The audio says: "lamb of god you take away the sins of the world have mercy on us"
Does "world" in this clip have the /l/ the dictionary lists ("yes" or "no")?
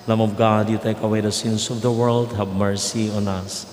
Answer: yes